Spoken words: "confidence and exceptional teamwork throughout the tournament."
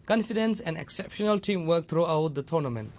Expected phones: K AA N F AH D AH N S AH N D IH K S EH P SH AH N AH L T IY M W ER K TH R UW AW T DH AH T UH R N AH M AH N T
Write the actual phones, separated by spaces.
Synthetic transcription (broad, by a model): K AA N F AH D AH N S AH N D IH K S EH P SH AH N AH L T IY M W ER K T R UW AW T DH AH T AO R N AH M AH N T